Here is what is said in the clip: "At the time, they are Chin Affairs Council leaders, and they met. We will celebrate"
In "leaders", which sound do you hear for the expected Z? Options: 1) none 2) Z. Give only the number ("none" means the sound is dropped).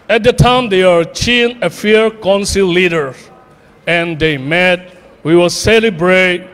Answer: 1